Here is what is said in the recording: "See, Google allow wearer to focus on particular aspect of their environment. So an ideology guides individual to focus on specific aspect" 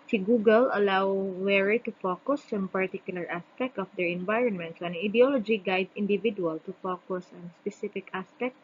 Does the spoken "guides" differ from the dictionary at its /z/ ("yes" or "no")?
yes